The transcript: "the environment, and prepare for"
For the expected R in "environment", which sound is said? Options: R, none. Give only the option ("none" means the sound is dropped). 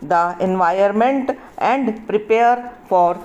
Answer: none